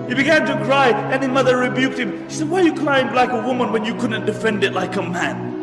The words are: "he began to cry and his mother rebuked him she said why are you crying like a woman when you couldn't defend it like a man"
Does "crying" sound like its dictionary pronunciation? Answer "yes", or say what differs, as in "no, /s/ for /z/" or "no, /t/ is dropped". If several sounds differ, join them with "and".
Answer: no, /l/ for /ɹ/